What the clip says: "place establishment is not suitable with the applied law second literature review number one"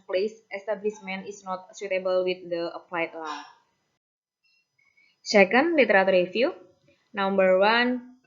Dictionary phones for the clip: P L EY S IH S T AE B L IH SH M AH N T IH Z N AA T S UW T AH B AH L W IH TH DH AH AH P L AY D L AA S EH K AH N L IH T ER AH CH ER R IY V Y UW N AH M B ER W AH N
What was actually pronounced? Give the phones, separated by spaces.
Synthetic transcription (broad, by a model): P L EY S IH S T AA B L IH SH M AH N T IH S N AA T S UW T AH B AH L W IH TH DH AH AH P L AY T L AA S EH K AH N L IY T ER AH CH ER R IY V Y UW N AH M B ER W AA N